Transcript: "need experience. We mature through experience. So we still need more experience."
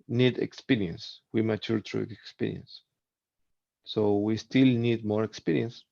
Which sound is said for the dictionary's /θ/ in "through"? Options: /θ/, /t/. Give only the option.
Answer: /t/